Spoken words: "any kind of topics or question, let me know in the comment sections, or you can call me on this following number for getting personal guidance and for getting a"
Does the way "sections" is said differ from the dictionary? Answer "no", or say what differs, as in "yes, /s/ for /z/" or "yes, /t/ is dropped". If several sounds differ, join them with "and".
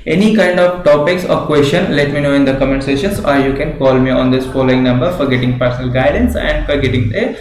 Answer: yes, /k/ is dropped